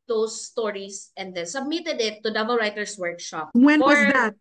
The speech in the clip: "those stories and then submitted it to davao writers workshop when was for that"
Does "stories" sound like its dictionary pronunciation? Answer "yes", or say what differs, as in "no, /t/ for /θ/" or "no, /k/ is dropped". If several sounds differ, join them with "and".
no, /s/ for /z/